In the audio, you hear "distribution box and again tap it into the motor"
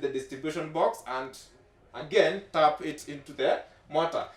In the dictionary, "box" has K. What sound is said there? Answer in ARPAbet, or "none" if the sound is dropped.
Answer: K